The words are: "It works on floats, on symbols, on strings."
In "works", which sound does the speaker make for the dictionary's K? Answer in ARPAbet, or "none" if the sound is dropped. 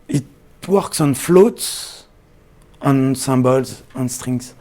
K